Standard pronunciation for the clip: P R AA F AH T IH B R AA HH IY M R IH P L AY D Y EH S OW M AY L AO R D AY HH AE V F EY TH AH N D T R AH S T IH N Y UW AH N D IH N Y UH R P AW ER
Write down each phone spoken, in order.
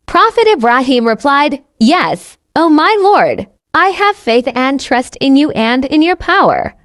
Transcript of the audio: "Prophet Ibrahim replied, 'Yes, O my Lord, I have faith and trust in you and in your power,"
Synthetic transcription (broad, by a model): P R AA F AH T IH B R AA HH IY M R IH P L AY D Y EH S OW M AY L AO R D AY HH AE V F EY TH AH N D T R AH S T IH N Y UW AH N D IH N Y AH R P AW ER